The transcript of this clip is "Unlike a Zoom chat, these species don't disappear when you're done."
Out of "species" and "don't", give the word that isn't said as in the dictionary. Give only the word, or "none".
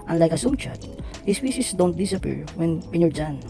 species